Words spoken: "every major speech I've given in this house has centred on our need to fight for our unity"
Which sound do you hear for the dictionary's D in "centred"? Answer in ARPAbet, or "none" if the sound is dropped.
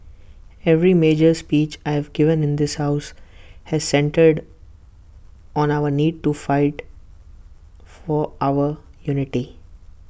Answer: D